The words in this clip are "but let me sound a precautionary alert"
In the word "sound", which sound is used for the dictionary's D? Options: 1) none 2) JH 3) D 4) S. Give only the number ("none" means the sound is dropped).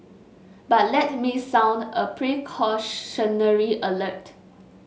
3